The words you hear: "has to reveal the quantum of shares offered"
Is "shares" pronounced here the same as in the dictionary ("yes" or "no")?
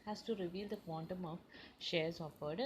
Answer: yes